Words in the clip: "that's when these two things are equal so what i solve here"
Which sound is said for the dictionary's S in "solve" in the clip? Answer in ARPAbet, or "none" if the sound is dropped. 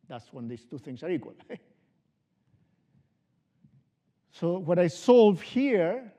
S